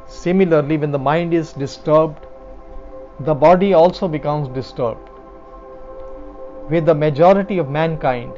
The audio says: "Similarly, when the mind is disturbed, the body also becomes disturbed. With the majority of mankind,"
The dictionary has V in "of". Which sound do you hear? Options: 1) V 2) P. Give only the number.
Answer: 1